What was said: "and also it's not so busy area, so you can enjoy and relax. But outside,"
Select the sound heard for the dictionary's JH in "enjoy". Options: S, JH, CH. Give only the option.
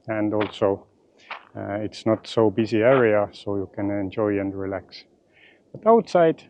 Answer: JH